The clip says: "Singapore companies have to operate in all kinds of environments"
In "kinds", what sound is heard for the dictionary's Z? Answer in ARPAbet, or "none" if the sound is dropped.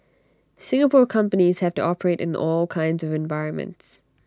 Z